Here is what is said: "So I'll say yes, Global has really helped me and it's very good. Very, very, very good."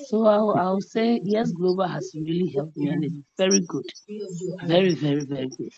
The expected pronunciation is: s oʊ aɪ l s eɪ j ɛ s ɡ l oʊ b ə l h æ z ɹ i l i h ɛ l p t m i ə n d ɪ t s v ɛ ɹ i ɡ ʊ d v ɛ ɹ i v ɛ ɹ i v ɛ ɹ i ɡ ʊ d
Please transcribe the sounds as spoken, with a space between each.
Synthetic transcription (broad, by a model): s oʊ aɪ w s eɪ j ɛ s ɡ l oʊ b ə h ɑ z ɹ i l i h ɛ l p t m i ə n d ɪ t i v ɛ ɹ i ɡ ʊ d v ɛ ɹ i v ɛ ɹ i v ɛ ɹ i ɡ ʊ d